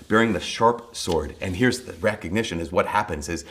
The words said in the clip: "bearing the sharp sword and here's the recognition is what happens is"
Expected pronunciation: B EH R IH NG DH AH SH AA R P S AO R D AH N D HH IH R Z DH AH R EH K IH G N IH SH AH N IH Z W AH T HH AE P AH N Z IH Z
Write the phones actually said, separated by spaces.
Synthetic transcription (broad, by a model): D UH R IH NG DH AH SH AA R P S AO R D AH N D HH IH R Z DH AH R EH K IH G N IH SH AH N IH Z W AH T HH AE P AH N Z IH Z